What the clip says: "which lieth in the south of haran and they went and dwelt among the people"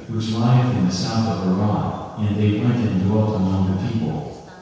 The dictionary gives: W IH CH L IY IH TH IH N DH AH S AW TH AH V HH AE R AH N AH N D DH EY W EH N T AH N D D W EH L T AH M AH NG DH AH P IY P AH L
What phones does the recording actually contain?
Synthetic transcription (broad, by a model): W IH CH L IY IH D IH N DH AH S AW TH AH V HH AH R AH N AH N DH EY W EH N T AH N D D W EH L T AH M AH NG DH AH P IY P L